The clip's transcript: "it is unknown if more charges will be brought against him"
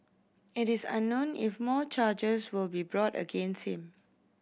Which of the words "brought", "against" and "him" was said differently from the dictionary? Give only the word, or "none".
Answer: none